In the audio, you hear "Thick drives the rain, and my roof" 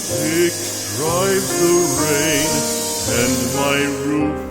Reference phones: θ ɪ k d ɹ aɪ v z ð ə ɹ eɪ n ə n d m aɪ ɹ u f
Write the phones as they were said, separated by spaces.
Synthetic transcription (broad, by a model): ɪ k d ɹ aɪ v ð ə ɹ eɪ n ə n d m aɪ ɹ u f